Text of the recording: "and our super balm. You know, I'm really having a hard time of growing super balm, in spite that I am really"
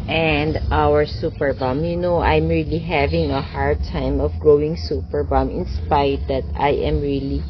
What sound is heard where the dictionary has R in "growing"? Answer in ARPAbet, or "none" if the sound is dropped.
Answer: R